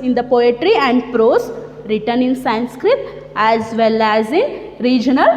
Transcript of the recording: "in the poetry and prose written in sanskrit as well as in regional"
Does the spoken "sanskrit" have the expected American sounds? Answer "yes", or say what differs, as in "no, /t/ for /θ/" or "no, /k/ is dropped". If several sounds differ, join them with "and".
yes